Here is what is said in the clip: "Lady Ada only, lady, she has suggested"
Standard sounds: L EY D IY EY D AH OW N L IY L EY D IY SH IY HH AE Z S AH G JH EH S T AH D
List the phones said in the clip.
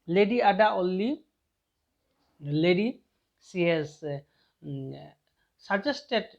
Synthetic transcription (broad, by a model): L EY D IY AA D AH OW L IY L EY D IY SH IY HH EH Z S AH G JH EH S T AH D